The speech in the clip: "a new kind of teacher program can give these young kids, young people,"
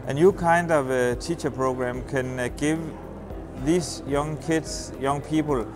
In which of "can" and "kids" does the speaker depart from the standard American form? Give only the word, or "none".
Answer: kids